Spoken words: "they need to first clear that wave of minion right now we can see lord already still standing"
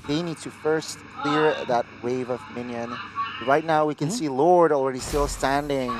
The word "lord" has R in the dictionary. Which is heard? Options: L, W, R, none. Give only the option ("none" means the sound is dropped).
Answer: R